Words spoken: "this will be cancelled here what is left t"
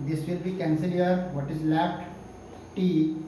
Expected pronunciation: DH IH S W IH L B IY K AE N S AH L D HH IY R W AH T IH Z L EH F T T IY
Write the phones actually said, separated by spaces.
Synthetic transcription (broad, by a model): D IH S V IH L B IY K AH N S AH D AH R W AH T IH Z L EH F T T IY